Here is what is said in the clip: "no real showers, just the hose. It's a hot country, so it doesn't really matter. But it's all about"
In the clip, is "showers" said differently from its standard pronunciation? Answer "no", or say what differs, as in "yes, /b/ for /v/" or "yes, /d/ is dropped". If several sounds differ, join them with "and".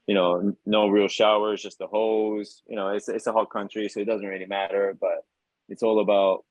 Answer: no